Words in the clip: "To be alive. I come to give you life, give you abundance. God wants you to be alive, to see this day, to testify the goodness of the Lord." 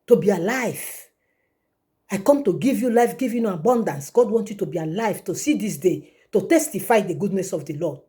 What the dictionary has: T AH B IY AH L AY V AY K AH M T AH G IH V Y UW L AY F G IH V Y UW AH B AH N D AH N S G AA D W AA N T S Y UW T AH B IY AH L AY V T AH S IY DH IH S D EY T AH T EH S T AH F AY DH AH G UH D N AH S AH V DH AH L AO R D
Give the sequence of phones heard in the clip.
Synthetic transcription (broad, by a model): T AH B IY AH L AY V AY K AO M T AH G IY V Y UW L AY F G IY V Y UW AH B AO N D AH N S G AA D W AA N T Y UW T AH B IY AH L AY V T AH S IY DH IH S D EY T AH T EH S T AH F AY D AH G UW D N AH S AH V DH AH L AO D